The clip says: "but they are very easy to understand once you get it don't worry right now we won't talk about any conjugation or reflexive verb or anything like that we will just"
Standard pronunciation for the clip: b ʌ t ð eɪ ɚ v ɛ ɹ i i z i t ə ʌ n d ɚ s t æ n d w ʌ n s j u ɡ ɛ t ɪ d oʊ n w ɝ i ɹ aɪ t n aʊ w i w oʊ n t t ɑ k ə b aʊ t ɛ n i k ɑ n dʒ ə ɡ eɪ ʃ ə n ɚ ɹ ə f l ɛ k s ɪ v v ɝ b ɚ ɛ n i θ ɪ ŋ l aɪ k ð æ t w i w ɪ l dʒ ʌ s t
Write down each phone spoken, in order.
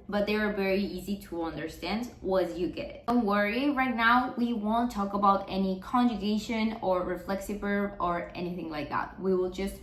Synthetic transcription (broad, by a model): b ʌ t ð eɪ ɚ v ɛ ɹ i i z i t ə ʌ n d ɚ s t æ n d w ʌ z j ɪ ɡ ɛ t ɪ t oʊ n w ɝ i ɹ aɪ t n aʊ w i w oʊ n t t ɑ k ə b aʊ t ɛ n i k ɑ n dʒ ə ɡ eɪ ʃ ə n ɚ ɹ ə f l ɛ k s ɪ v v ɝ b ɚ ɛ n i θ ɪ ŋ l aɪ k ð æ t w i w ɪ l dʒ ʌ s t